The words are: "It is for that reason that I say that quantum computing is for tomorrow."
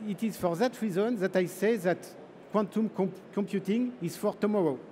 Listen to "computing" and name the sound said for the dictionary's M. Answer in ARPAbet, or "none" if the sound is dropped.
M